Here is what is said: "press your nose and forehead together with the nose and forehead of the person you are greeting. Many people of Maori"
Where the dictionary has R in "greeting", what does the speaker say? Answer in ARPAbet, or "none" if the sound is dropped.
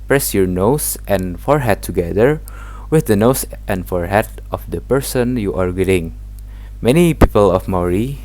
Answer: none